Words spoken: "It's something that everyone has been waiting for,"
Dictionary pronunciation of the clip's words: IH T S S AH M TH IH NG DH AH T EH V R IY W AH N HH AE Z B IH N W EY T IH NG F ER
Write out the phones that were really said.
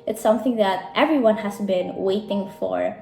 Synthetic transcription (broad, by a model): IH T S S AH M TH IH NG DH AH T EH V R IY W AH N HH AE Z B IH N W EY T IH NG F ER